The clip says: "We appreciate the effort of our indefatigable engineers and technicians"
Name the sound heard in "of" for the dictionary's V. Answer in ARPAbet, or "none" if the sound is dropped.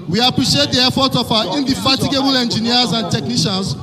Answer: F